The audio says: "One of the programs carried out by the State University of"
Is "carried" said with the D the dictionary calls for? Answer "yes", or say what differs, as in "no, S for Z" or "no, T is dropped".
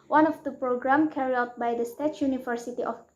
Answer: no, D is dropped